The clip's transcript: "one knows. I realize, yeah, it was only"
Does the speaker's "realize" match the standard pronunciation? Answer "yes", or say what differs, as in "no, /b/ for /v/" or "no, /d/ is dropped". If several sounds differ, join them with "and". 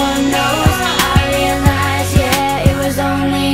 no, /n/ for /l/